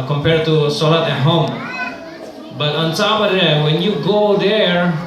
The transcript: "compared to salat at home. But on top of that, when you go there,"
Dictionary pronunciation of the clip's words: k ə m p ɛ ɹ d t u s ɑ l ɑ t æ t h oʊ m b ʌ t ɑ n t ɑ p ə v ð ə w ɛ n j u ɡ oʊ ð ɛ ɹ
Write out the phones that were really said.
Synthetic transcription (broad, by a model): k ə m p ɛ ɹ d t u s ɑ l ɑ t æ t h oʊ m b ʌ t ɑ n s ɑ b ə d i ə w ɛ n j u ɡ oʊ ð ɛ ɹ